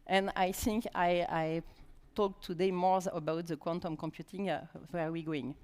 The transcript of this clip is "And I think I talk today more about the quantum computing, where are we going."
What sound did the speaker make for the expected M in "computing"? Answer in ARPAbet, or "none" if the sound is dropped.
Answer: M